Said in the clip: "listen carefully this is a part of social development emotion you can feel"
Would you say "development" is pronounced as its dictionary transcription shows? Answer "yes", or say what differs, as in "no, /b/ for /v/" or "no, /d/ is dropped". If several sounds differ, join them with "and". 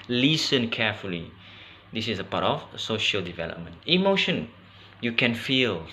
yes